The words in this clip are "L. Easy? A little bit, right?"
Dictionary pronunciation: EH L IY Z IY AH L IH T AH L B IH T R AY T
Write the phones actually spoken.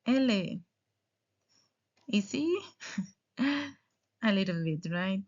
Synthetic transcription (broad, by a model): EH L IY S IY AH L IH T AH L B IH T R AY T